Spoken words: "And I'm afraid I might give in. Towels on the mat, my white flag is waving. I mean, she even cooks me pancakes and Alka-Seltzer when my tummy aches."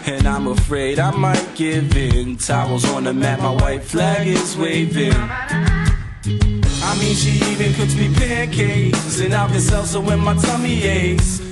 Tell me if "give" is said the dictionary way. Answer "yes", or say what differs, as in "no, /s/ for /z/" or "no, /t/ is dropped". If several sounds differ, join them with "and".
yes